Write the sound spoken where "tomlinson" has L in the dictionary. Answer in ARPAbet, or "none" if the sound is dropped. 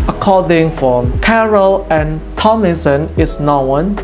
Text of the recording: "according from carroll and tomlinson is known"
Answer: none